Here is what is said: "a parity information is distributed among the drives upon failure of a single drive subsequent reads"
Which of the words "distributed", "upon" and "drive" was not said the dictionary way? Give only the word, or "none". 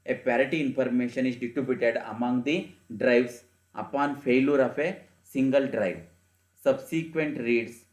distributed